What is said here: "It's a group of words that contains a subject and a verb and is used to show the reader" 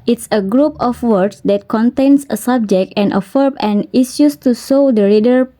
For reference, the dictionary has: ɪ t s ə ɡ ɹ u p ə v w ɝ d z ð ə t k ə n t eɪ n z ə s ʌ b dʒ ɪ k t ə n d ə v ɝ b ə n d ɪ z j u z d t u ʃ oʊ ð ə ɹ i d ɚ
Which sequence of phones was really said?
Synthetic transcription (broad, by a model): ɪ t s ə ɡ ɹ u p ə f w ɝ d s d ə t k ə n t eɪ n s ə s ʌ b dʒ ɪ k t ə n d ə f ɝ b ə n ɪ s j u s t u s oʊ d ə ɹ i d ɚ